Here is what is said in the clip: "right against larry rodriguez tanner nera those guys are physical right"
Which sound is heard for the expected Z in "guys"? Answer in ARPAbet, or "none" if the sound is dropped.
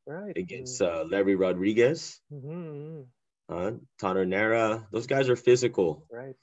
Z